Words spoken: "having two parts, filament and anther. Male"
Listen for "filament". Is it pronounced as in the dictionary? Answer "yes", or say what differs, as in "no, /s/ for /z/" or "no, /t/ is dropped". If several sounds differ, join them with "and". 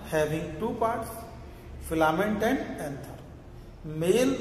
yes